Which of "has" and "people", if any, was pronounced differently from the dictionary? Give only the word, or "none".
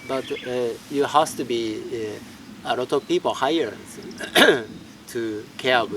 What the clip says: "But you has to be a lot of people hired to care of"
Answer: has